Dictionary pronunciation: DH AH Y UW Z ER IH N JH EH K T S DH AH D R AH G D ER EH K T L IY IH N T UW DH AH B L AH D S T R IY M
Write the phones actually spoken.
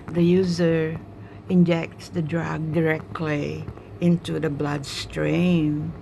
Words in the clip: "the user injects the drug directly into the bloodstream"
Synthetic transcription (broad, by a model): DH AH Y UW Z ER IH N JH EH K T S DH AH D R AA G D ER EH K T L IY IH N T UW DH AH B L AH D S T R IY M